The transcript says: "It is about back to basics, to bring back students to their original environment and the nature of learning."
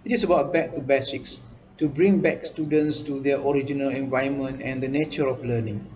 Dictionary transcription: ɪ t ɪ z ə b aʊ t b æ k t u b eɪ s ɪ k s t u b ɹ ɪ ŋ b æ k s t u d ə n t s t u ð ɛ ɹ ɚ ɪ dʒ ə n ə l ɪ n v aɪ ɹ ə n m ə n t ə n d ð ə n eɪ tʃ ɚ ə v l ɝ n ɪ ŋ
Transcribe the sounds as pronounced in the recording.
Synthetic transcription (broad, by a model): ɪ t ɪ s ə b aʊ t b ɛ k t u b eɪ s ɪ k s t u b ɹ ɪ ŋ b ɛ k s t u d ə n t s t u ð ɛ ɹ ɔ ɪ dʒ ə n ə l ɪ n v aɪ ə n m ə n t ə n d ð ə n eɪ tʃ ɚ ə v l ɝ n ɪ ŋ